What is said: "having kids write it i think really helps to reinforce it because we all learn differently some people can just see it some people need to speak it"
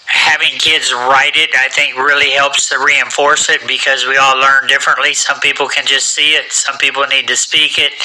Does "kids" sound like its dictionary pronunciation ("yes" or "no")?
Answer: yes